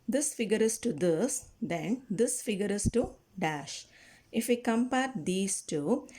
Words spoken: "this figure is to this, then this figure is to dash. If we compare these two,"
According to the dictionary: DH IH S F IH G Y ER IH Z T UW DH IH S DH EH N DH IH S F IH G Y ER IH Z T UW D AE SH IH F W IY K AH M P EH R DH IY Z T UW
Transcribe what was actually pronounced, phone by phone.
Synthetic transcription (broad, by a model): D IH S F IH G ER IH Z T UW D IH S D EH N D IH S F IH G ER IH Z T UW D AE SH IH F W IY K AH M P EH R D IY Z T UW